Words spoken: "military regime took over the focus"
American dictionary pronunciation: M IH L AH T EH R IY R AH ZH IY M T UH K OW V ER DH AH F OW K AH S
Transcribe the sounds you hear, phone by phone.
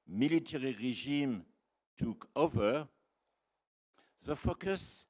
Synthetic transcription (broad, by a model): M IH L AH T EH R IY R AH ZH IY M T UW K OW V ER DH AH F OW K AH S